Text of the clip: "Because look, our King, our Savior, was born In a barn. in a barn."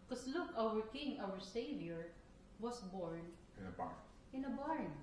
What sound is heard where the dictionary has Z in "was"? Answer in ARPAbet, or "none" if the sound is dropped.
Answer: S